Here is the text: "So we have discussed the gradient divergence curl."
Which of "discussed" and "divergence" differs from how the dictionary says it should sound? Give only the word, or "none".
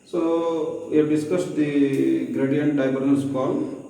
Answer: divergence